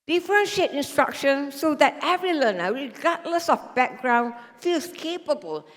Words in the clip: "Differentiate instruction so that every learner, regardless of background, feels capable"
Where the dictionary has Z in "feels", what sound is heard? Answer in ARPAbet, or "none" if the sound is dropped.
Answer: S